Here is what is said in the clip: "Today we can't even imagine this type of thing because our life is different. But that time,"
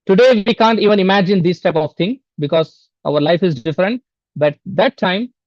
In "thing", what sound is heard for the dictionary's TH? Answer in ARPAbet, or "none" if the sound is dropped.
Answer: T